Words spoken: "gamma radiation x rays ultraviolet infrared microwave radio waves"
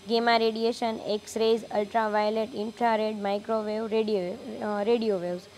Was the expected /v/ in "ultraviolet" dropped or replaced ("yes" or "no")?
no